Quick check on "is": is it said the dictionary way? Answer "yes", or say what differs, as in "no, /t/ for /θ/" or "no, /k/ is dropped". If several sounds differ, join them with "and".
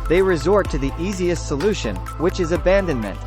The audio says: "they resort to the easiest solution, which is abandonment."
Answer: yes